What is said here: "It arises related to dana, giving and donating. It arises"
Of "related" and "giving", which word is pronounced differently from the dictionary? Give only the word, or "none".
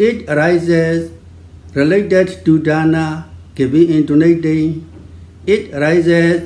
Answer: giving